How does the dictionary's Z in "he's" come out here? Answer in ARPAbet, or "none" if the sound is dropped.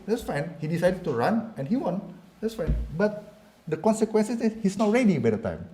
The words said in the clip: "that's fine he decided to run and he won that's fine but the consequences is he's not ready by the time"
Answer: S